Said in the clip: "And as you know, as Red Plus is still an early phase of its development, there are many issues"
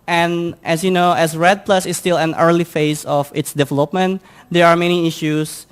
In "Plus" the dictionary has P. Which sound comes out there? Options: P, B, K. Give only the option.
P